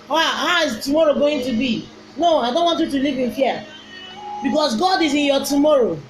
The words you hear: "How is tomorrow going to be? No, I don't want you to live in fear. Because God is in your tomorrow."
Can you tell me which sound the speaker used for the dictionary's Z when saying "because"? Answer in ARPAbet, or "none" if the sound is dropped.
S